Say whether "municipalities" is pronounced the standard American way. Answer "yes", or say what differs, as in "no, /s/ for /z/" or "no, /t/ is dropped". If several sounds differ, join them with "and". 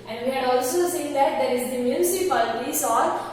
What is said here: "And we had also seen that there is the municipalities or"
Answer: no, /s/ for /t/